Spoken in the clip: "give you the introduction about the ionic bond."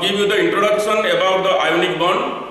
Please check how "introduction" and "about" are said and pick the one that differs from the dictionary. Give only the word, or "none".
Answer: introduction